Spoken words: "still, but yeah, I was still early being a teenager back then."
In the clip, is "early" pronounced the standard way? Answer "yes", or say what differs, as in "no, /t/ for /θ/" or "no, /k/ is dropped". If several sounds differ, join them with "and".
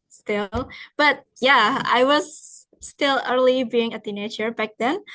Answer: yes